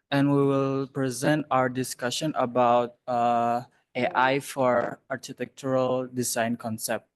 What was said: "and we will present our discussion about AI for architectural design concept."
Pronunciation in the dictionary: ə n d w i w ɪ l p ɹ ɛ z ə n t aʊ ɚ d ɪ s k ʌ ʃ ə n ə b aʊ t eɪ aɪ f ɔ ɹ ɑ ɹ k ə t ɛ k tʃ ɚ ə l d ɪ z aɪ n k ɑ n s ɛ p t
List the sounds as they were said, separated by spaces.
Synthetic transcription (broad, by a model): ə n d w i w ɪ l p ɹ ɛ z ə n t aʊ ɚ d ɪ s k ʌ ʃ ə n ə b aʊ t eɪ aɪ f ɔ ɹ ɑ ɹ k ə t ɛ k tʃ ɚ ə l d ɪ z aɪ n k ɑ n s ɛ p t